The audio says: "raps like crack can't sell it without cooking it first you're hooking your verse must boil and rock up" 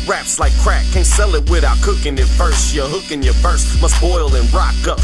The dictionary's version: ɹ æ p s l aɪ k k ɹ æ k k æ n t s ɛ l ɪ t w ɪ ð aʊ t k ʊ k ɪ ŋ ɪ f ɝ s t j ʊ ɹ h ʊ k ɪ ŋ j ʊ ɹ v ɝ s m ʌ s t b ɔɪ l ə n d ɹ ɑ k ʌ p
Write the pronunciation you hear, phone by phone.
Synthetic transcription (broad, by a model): ɹ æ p s l aɪ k k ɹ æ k k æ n s ɛ l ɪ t w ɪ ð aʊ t k ʊ k ɪ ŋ ɪ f ɝ s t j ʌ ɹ h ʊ k ɪ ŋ j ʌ ɹ f ɝ s m ʌ s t b ɔɪ l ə n ɹ ɑ k ʌ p